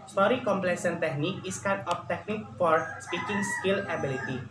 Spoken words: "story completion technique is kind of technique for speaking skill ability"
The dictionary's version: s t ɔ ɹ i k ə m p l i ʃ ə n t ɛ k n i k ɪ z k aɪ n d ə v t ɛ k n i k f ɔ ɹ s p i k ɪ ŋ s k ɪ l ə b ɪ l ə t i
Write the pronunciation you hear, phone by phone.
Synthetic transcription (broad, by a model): s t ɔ ɹ i k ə m p l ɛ s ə n t ɛ k n i k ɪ s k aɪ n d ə f t ɛ k n i k f ɔ ɹ s p i k ɪ ŋ s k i l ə b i l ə t i